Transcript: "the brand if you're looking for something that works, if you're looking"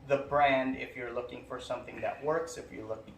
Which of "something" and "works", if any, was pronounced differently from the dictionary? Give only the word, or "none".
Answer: none